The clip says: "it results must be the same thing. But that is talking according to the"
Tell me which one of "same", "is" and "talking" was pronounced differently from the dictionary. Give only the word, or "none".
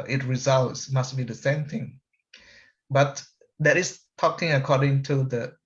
is